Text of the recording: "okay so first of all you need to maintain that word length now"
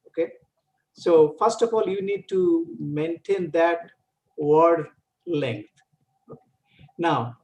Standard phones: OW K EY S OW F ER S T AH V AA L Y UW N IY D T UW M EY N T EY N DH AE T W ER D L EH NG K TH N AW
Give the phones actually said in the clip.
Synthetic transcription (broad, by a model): OW K EY S OW F ER S T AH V AA L Y UW N IY D T UW M EY N T EY N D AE T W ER D L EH NG K T N AW